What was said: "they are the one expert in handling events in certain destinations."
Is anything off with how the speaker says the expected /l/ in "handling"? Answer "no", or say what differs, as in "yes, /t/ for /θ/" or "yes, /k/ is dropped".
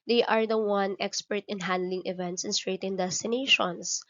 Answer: no